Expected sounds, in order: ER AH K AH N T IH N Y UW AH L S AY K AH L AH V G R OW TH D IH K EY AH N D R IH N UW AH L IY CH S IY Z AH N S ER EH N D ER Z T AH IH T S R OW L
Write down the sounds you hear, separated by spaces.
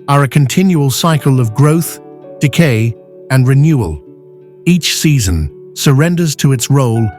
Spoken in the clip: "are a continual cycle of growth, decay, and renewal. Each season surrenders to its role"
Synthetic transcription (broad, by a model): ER AH K AH N T IH N Y UW AH L S AY K AH L AH V G R OW TH D IH K EY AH N R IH N UW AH L IY CH S IY Z AH N S ER EH N D ER Z T AH IH T S R OW L